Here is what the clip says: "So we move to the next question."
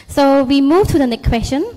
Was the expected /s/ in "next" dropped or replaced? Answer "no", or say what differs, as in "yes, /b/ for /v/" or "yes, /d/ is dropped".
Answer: yes, /s/ is dropped